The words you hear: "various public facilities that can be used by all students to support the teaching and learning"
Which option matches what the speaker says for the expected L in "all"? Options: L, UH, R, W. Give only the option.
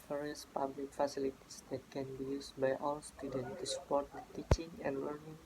W